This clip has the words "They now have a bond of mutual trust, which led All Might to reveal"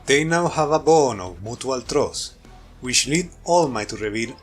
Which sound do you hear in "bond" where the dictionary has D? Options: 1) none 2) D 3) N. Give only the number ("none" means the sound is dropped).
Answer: 1